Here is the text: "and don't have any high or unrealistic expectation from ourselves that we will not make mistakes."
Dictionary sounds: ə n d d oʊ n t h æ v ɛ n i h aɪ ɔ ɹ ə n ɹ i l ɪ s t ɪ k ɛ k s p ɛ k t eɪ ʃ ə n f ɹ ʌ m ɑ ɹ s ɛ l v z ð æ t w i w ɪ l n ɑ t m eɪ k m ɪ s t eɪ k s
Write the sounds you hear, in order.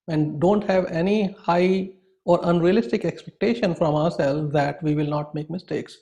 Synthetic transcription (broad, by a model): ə n d d oʊ n t h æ v ɛ n i h aɪ ɔ ɹ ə n ɹ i l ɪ s t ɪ k ɛ k s p ɛ k t eɪ ʃ ə n f ɹ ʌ m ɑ ɹ s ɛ l z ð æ t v i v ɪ l n ɑ t m eɪ k m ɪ s t eɪ k s